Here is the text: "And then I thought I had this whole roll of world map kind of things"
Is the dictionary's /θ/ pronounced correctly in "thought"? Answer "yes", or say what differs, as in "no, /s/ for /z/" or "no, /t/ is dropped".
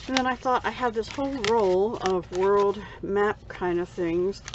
yes